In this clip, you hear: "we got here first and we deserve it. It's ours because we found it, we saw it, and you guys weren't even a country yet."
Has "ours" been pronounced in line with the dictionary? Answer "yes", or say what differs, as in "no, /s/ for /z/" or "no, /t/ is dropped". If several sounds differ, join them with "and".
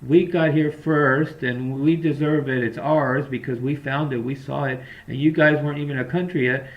yes